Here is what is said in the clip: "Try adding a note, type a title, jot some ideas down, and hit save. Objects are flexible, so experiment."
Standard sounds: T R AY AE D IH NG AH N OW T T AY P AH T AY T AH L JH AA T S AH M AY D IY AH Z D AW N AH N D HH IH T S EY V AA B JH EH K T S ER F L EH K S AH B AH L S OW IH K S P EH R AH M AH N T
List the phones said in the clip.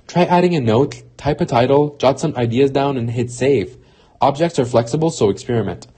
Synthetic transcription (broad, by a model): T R AY AE D IH NG AH N OW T T AY P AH T AY T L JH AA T S AH M AY D IY AH Z D AW N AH N HH IH T S EY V AA B JH EH K T S ER F L EH K S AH B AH L S OW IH K S P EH R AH M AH N T